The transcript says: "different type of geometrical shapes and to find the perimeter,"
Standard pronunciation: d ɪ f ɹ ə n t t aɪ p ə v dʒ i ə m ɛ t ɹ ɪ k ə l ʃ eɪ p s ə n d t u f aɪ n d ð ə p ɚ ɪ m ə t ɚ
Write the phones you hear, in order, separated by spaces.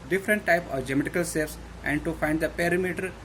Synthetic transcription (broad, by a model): d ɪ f ɹ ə n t t aɪ p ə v dʒ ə m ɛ t ɪ k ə l s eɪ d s ə n d t u f aɪ n d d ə p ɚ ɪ m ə t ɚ